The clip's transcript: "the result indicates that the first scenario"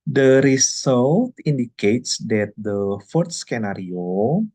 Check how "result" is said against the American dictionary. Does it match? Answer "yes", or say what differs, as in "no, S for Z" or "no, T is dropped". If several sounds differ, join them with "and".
no, S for Z